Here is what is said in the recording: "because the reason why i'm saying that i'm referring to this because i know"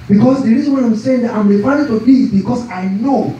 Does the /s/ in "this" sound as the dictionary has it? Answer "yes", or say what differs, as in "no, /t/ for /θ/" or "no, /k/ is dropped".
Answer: no, /s/ is dropped